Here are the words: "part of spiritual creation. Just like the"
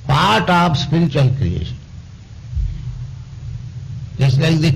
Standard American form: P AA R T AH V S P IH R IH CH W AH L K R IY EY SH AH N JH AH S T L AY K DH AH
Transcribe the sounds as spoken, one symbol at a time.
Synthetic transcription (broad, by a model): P AA R T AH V S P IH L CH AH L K IY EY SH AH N JH AH S T L AY K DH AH